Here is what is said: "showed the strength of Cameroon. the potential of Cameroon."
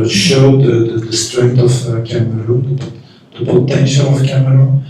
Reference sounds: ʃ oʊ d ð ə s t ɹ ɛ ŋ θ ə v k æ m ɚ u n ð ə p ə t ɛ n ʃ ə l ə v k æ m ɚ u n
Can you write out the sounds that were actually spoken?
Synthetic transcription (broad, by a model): ʃ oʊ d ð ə s t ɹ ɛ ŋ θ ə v k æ m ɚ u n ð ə b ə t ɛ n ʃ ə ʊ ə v k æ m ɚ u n